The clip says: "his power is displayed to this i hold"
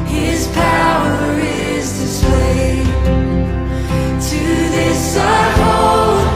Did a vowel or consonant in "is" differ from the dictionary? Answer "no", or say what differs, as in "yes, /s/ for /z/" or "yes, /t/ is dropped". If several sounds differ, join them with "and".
no